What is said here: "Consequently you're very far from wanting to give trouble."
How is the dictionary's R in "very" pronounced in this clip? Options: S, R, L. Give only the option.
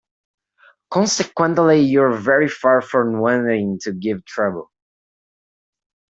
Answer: R